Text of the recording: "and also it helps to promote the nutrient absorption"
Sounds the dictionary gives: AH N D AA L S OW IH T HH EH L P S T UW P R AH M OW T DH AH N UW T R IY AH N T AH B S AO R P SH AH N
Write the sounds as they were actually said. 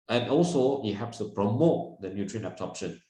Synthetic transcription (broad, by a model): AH N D AA L S OW IH T HH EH P S T UW P R AH M OW T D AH N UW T R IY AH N AH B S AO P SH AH N